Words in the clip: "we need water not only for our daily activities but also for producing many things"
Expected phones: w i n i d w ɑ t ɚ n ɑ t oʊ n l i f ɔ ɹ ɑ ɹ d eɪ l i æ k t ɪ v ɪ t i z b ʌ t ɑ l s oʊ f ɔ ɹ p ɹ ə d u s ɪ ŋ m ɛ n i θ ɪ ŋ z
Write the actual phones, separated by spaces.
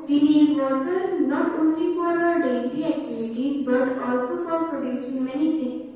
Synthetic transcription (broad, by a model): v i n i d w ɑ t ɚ n ɑ t oʊ n l i f ɔ ɹ ɑ ɹ d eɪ n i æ k t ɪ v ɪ t i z b ʌ t ɑ l s oʊ f ɔ ɹ p ɹ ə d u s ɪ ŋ m ɛ n i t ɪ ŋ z